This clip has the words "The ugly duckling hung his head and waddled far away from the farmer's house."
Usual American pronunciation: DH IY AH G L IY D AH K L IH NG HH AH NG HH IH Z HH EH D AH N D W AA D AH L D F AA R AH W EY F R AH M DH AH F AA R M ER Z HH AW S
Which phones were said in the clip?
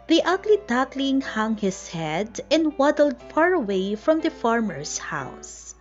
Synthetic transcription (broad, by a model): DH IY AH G L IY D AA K L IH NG HH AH NG HH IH S HH EH D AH N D W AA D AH L D F AA R AH W EY F R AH M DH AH F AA R M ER S HH AW S